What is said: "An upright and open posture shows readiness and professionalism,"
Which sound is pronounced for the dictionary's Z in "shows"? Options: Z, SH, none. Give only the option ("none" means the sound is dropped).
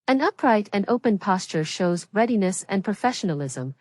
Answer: Z